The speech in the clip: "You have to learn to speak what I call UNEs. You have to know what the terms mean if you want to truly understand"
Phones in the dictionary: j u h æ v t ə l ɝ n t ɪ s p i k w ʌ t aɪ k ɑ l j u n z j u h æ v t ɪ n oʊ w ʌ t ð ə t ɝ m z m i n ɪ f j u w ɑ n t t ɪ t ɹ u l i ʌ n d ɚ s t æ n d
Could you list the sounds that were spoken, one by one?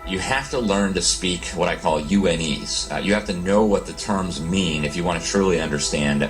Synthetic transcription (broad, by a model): j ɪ h æ f t ə l ɝ n t ɪ s p i k w ʌ t aɪ k ɑ l j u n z j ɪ h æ f t ɪ n oʊ w ʌ t ð ə t ɝ m z m i n ɪ f j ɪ w ɑ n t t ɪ t ɹ u l i ʌ n d ɚ s t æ n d